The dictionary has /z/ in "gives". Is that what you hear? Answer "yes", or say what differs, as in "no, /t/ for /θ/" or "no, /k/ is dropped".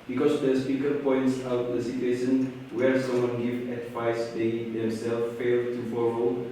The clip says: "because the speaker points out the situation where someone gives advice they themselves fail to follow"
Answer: no, /z/ is dropped